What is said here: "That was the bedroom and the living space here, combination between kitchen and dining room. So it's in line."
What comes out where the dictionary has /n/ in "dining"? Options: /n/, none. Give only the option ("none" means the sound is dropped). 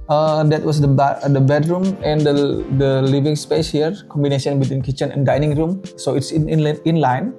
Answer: /n/